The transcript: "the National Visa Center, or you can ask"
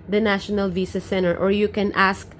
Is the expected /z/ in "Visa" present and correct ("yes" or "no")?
no